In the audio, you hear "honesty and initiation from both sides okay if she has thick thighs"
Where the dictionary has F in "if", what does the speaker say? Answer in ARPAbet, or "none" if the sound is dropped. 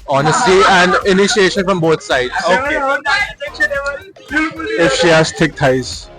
F